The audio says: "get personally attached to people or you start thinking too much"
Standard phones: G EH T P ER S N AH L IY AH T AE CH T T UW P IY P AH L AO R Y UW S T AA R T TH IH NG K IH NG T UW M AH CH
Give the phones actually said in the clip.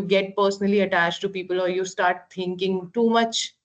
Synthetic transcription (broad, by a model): G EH T P ER S N AH L IY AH T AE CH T T UW P IY P AH L AO R Y UW S T AA R T T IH NG K IH NG T UW M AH CH